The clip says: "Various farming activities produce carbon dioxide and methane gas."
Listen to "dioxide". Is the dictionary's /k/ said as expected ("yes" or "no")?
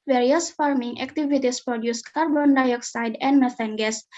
yes